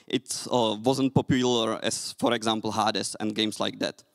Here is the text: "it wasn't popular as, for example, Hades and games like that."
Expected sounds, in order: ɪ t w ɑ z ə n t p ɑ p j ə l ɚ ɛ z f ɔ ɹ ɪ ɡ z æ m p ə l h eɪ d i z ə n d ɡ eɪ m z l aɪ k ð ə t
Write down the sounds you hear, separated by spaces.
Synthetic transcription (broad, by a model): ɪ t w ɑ z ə n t p ɑ p j ə l ɚ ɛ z f ɔ ɹ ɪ ɡ z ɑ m p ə l h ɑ d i s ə n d ɡ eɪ m s l aɪ k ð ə t